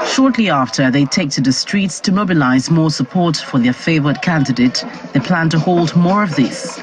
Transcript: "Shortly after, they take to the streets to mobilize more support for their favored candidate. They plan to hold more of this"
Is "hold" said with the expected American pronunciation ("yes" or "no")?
yes